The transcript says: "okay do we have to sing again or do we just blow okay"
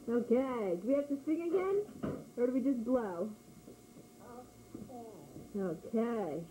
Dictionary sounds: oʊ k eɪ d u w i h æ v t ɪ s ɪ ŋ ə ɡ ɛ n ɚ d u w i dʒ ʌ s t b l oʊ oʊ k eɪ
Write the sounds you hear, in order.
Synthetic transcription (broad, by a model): oʊ k eɪ d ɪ w i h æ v t ɪ s ɪ ŋ ə ɡ ɛ n ɚ d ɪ w i dʒ ʌ s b l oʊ oʊ k eɪ